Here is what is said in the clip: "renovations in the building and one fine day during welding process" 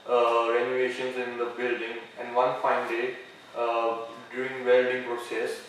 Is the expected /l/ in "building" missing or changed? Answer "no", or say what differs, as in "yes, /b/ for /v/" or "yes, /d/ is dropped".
no